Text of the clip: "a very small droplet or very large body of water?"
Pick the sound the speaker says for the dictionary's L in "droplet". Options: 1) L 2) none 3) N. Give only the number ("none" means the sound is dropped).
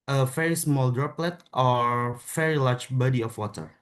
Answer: 1